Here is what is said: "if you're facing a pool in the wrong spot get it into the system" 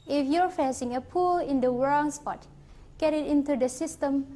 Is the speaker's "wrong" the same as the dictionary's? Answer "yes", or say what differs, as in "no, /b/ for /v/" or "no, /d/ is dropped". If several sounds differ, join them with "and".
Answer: no, /w/ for /ɹ/